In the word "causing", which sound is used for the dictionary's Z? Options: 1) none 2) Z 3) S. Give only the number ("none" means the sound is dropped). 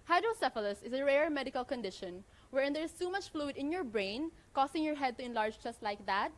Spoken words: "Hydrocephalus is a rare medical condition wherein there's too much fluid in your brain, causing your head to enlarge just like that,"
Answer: 3